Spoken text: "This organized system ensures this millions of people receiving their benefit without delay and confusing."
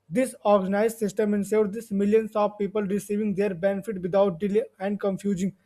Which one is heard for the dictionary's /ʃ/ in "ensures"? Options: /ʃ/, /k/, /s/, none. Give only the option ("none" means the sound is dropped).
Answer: /s/